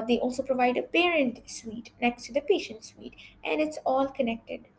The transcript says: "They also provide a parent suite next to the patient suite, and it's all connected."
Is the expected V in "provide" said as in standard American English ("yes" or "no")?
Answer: yes